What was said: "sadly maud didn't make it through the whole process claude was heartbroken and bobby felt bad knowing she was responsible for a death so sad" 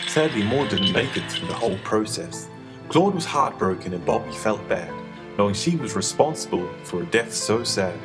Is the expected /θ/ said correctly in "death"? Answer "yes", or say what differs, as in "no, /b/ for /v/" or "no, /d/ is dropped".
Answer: yes